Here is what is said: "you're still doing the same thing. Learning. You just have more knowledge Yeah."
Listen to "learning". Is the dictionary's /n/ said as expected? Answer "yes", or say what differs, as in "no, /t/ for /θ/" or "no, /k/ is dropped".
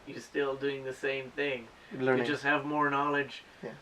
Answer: no, /n/ is dropped